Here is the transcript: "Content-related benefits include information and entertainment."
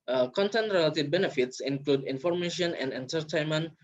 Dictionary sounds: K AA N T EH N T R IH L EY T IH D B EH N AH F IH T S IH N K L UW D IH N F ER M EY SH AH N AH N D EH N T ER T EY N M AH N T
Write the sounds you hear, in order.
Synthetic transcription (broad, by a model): K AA N T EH N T R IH L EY T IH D B EH N AH F IH T S IH N K L UW D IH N F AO M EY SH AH N AH N D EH N T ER T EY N M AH N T